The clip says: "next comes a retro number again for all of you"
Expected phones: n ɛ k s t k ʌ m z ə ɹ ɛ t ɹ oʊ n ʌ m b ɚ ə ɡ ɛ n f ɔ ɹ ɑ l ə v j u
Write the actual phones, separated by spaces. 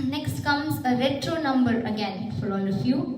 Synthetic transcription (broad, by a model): n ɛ k s t k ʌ m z ə ɹ ɛ t ɹ oʊ n ʌ m b ɚ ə ɡ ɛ n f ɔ l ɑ n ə f j u